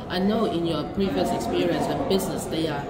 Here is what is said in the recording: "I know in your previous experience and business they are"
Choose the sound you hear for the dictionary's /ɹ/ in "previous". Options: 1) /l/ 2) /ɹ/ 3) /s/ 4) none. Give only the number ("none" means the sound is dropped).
2